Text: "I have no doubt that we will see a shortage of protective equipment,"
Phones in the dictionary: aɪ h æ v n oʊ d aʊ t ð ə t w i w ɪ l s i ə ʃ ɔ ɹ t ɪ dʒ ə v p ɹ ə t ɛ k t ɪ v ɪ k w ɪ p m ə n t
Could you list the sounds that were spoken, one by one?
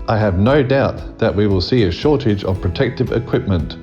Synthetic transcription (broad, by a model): aɪ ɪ v n oʊ d aʊ t ð ə t w i w ɪ l s i ə ʃ ɔ ɹ t ɪ dʒ ə v p ɹ ə t ɛ k t ɪ v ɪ k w ɪ p m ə n t